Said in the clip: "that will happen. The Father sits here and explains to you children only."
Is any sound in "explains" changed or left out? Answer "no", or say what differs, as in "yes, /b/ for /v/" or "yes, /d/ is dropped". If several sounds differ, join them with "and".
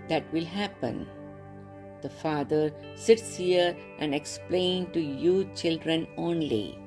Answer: yes, /z/ is dropped